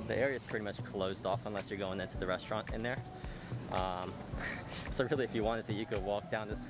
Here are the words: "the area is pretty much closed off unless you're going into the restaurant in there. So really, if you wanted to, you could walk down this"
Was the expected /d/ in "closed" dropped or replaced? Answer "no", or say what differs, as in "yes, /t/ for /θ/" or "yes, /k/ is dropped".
no